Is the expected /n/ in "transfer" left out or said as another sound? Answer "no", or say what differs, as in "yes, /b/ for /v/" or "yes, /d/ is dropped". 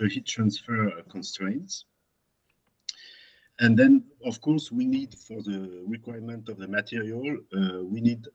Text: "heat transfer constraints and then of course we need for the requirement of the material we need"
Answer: no